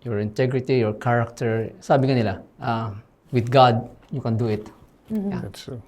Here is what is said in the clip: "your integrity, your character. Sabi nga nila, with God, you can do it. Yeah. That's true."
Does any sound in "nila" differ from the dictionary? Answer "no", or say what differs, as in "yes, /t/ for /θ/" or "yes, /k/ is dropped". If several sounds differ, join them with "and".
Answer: yes, /l/ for /n/